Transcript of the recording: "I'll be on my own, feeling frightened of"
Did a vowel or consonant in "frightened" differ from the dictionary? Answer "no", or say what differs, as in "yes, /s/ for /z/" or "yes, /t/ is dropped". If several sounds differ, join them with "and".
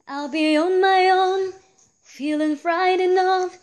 yes, /d/ is dropped